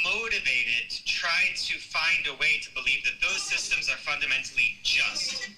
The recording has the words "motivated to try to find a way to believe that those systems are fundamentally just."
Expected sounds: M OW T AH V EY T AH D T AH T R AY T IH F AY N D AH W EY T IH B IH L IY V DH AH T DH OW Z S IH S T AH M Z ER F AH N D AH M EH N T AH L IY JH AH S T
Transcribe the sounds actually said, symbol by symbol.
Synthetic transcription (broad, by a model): M OW T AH V EY T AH D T T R AY T IH F AY N D AH W EY T IH B IH L IY V DH AH T DH OW Z S IH S T AH M Z ER F AH N D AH M EH N T L IY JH AH S T